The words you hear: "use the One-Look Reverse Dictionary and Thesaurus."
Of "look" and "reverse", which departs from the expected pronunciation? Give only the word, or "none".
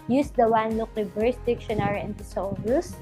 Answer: reverse